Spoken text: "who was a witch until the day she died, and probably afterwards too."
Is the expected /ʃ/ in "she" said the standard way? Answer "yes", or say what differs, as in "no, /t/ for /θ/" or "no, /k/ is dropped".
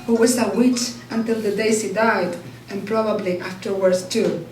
no, /s/ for /ʃ/